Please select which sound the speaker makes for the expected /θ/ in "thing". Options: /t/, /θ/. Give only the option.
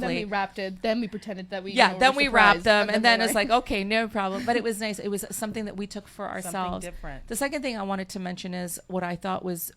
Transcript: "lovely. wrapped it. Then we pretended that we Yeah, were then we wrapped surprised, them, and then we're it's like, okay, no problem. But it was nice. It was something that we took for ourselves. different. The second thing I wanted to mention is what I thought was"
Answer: /θ/